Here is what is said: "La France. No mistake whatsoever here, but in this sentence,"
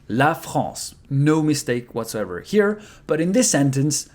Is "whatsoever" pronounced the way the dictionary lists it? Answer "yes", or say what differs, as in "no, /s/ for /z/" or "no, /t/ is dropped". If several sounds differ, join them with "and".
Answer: yes